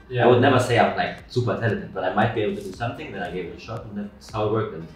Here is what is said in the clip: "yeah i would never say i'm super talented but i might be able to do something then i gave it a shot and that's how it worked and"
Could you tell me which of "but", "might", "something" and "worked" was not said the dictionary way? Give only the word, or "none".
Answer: worked